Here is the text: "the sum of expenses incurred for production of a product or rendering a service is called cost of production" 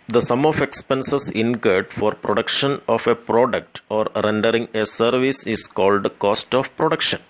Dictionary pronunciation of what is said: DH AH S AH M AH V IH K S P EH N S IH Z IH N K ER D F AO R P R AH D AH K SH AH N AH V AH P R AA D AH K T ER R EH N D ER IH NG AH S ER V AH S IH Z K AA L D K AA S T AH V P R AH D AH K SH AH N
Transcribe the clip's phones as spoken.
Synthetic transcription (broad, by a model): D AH S AH M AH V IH K S P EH N S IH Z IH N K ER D F AO R P R AH D AH K SH AH N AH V AH P R AA D AH K T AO R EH N D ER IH NG AH S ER V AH S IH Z K AA L D K AA S T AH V P R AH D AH K SH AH N